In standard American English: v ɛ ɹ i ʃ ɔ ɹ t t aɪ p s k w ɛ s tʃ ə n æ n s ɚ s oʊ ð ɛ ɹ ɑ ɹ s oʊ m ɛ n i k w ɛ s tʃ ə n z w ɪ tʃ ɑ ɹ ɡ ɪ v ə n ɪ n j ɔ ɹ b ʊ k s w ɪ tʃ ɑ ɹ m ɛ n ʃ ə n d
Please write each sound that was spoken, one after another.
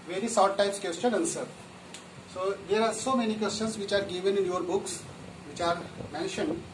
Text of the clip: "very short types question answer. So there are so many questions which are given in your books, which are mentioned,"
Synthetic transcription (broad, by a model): v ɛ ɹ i s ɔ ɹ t t aɪ p s k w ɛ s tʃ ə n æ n s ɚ s oʊ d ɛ ɹ ɑ ɹ s oʊ m ɛ n i k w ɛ s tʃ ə n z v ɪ tʃ ɑ ɹ ɡ ɪ v ə n ɪ n j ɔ ɹ b ʊ k s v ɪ tʃ ɑ ɹ m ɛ n ʃ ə n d